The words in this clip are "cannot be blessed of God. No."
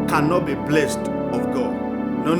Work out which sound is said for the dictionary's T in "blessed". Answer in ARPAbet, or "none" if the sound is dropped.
T